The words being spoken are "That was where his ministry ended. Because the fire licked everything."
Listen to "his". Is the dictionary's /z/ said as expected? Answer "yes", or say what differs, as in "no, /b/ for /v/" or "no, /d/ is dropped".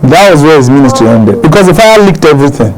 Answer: yes